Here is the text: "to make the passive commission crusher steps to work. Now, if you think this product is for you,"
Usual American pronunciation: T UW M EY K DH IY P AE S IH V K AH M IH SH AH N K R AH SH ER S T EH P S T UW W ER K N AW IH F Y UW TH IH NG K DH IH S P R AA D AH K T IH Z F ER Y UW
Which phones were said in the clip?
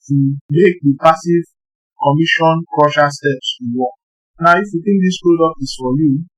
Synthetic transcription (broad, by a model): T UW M EY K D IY P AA S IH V K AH M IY SH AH N K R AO SH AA S T EH P S T UW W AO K N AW IH F Y UW T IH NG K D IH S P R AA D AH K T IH S F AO Y UW